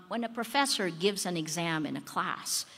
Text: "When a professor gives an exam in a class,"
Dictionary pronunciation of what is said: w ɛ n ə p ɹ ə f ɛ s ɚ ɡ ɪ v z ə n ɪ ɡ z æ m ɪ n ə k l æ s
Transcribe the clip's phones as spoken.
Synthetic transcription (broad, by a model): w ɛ n ə p ɹ ə f ɛ s ɚ ɡ ɪ v z ə n ɪ ɡ z æ m ɪ n ə k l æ s